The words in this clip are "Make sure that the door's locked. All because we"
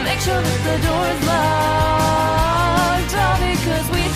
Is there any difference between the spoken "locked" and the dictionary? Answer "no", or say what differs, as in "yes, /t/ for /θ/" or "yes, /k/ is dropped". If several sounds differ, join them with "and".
yes, /k/ is dropped